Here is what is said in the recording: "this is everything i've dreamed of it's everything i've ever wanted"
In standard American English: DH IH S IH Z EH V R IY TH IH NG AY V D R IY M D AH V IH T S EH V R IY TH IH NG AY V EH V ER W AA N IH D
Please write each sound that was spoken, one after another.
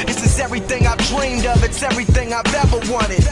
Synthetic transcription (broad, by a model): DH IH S IH Z EH V R IY TH IH NG AY V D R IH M D AH P IH T S EH V R IY TH IH NG AY V EH V ER W AA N IH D